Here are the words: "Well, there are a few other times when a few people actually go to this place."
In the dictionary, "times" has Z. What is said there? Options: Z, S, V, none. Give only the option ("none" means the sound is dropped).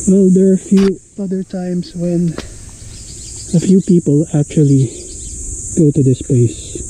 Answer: S